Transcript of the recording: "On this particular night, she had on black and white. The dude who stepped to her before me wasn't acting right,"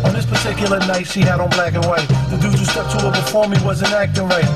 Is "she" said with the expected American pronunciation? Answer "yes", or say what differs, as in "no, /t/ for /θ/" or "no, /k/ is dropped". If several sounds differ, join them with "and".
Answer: no, /s/ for /ʃ/